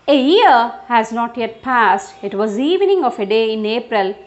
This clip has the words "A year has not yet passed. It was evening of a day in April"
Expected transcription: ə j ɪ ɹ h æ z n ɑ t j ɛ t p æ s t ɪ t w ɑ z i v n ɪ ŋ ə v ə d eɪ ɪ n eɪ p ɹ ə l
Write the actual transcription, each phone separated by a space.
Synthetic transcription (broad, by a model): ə j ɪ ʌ h æ z n ɑ t j ɛ t p æ s t ɪ t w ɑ z i v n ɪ ŋ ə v ə d eɪ ɪ n eɪ p ɹ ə l